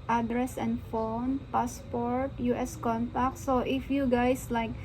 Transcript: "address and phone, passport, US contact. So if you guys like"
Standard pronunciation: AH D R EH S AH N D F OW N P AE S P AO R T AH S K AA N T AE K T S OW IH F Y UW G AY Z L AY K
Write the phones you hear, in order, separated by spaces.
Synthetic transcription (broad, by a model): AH D R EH S AH N D F OW N P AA S P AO R T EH S K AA N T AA K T S OW IH F Y UW G AY S L AY K